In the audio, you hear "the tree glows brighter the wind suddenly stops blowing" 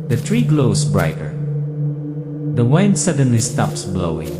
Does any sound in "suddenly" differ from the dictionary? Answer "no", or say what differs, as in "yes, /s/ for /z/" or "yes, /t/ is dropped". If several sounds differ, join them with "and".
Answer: no